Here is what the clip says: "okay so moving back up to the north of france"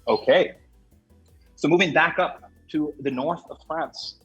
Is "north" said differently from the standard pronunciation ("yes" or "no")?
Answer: no